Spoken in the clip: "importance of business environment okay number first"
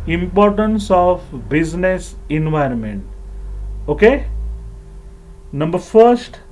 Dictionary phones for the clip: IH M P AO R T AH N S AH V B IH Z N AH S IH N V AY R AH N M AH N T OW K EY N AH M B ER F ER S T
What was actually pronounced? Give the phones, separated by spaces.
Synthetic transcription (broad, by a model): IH M P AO R T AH N S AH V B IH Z N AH S IH N V AY R AH N M AH N T OW K EY N AH M B ER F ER S T